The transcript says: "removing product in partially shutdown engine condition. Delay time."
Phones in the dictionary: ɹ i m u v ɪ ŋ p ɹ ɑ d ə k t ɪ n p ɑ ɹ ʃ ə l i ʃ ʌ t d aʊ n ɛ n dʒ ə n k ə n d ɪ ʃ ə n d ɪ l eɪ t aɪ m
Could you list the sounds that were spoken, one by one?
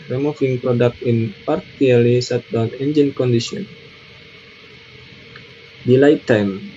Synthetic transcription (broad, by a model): ɹ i m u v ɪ ŋ p ɹ ɑ d ə k t ɪ n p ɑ ɹ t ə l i s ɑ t d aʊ n ɛ n dʒ ə n k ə n d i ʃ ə n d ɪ l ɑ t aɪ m